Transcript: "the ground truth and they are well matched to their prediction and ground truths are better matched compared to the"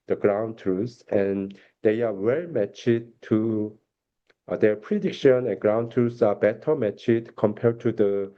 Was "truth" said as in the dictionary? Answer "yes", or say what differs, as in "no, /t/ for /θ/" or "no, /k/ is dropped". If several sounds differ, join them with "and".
no, /s/ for /θ/